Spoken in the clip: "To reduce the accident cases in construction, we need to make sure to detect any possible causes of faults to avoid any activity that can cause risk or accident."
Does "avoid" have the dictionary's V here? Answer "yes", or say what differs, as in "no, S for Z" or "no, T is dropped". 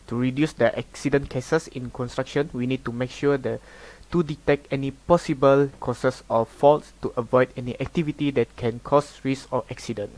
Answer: yes